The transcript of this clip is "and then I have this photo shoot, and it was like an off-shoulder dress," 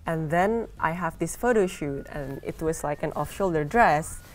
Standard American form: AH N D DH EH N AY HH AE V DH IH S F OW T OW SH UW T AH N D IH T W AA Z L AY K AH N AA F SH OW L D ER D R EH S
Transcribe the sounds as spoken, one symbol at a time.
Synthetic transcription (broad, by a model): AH N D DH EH N AY HH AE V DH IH S F OW T OW SH UW T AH N IH T W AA S L AY K AH N AA F SH OW L D ER D R EH S